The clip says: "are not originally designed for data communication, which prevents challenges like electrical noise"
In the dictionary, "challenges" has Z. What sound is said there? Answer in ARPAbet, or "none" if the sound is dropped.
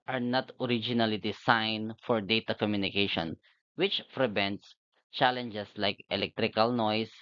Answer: S